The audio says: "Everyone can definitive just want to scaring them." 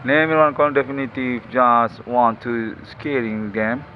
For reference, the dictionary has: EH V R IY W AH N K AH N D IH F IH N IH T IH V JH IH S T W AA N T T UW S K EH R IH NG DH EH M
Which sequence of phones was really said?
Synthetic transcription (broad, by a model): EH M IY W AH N K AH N D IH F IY N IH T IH F JH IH S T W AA N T T UW S K EH R IH NG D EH M